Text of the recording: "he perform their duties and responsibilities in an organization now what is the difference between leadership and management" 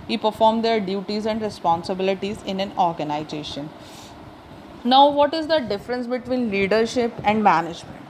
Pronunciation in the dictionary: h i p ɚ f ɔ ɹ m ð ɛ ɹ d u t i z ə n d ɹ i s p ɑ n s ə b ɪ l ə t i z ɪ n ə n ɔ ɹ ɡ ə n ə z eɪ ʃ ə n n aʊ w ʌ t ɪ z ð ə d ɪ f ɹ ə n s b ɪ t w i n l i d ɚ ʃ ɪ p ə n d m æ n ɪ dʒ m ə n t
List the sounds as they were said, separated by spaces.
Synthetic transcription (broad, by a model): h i p ɚ f ɔ ɹ m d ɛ ɹ d u t i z ə n d ɹ i s p ɑ n s ə b ɪ l ə t i z ɪ n ə n ɔ ɹ ɡ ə n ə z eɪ ʃ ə n n aʊ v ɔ t ɪ z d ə d ɪ f ɹ ə n s b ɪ t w i n l i d ɚ ʃ ɪ p ə n d m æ n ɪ dʒ m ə n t